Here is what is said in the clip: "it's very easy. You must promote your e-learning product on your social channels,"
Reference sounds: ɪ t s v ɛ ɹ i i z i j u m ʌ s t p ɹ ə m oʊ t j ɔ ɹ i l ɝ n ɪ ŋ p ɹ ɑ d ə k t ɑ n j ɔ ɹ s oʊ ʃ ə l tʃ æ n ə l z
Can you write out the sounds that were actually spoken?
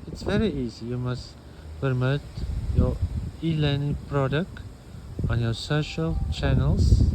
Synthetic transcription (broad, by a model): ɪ t s v ɛ ɹ i i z i j u m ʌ s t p ə m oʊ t j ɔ i l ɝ n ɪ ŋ p ɹ ɑ d ə k t ɑ n j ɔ s oʊ ʃ ə l tʃ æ n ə l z